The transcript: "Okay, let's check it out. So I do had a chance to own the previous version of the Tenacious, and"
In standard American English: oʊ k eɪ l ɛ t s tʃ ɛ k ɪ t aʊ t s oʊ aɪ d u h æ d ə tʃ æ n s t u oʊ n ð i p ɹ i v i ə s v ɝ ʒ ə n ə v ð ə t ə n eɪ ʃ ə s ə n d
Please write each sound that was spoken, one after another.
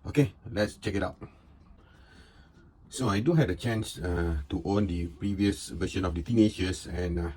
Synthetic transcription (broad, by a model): oʊ k eɪ l ɛ t s tʃ ɛ k ɪ t aʊ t s oʊ aɪ d u h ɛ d ə tʃ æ n s t u oʊ n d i p ɹ i v i ə s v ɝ ʃ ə n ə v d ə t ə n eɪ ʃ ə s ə n